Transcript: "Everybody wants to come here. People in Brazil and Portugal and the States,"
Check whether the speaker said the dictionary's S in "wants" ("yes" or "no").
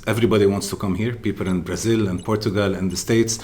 yes